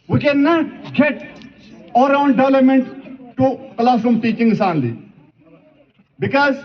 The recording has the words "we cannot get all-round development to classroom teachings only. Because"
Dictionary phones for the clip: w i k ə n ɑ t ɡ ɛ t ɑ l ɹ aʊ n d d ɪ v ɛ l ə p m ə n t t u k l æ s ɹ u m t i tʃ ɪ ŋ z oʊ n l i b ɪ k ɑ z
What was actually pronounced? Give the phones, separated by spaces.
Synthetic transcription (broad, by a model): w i k ə n ɑ t ɡ ɛ t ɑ ɹ aʊ n d d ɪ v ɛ l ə p m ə n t t u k l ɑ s u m t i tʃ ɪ ŋ s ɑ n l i b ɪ k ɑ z